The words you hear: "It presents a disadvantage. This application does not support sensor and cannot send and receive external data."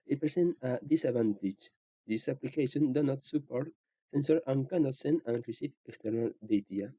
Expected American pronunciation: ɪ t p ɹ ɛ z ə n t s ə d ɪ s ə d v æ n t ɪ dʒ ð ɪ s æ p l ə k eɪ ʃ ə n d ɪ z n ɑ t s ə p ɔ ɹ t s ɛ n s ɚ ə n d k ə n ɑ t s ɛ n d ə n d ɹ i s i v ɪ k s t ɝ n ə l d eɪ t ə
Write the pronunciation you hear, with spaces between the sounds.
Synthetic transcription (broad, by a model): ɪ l p ɹ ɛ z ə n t ə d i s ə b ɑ n t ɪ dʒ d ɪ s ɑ p l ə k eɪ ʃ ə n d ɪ n ɑ t s ə p ɔ ɹ t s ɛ n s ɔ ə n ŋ k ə n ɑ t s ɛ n ə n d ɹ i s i f ɪ k s t ɝ n ə l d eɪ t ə